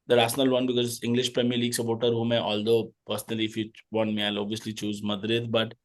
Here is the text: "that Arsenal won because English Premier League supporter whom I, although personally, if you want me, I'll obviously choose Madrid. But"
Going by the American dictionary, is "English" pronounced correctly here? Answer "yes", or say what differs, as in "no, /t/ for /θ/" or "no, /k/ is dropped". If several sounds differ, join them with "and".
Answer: yes